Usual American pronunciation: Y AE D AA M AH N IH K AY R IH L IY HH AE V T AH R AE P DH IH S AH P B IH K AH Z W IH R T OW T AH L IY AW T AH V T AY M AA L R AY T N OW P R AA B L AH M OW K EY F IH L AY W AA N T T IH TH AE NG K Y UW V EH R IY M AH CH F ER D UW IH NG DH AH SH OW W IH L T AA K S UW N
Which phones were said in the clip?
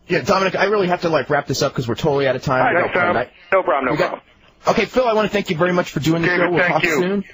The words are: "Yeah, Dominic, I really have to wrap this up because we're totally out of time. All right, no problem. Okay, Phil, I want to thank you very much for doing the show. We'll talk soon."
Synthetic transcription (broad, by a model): Y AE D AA M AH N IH K AY R IH L IY HH AE F T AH R AE P DH IH S AH P K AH Z W IH R T OW T L IY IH T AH T AY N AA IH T N OW B R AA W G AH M OW K EY F IH L AY W AA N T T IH TH AE NG K Y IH V EH R IY M AH CH F ER D UW IH NG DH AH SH OW W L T AA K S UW N